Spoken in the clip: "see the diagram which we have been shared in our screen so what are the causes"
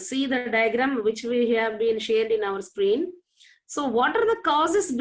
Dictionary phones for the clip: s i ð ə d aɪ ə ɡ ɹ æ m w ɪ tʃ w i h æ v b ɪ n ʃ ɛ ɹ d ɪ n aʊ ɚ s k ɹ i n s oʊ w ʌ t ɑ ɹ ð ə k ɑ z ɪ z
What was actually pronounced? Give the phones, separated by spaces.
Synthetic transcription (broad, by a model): s i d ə d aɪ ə ɡ ɹ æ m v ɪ tʃ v i h æ v b ɪ n ʃ ɛ ɹ d ɪ n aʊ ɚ s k ɹ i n s oʊ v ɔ t ɑ ɹ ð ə k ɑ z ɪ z